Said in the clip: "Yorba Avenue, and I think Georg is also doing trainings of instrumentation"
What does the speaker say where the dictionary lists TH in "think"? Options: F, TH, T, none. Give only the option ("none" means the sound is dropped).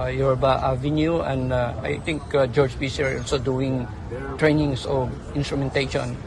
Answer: T